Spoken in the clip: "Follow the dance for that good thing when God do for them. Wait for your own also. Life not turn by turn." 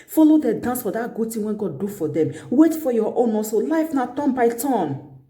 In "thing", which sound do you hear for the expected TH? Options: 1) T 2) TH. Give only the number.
1